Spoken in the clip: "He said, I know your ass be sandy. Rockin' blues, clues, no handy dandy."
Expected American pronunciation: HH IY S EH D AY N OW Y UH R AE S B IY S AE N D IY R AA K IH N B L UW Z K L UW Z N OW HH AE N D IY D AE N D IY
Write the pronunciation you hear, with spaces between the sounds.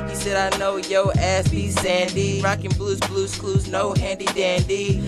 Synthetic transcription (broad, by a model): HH IY S EH D AY N OW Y UH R AE S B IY S AE N D IY R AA K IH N B L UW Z K L UW Z N OW HH AE N D IY D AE N D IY